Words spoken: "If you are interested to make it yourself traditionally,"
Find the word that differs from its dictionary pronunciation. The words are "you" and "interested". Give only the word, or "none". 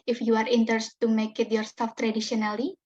interested